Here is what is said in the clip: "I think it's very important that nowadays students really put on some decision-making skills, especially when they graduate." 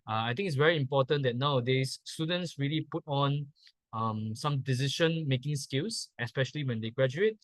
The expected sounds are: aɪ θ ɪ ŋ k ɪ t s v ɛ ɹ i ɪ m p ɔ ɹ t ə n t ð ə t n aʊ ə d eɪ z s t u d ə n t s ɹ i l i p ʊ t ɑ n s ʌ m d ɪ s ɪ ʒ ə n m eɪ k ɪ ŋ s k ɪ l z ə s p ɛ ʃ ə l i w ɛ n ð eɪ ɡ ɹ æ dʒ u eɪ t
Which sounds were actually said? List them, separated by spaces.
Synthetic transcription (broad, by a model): aɪ t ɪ ŋ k ɪ t s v ɛ ɹ i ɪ m p ɔ t ə n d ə t n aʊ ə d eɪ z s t u d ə n t s ɹ i l i p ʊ t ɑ n s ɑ m d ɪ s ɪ ʃ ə n m eɪ k ɪ ŋ s k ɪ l s ə s p ɛ ʃ ə l i w ɛ n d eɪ ɡ ɹ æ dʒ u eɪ t